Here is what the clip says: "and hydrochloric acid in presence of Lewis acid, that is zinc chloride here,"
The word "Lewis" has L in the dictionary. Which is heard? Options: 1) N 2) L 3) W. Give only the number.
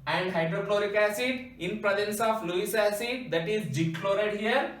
2